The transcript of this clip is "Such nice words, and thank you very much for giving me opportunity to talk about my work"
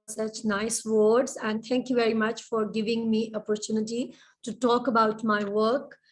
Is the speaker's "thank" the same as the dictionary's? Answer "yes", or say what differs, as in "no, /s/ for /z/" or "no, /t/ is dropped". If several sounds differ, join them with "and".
no, /t/ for /θ/